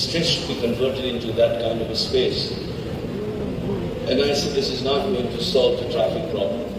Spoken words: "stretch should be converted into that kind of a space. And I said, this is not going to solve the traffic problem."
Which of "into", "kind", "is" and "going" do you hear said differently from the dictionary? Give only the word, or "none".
none